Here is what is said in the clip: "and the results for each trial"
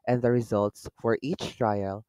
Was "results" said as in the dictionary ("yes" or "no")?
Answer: yes